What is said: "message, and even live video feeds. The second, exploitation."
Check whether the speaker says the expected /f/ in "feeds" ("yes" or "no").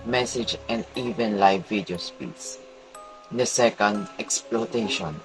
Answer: no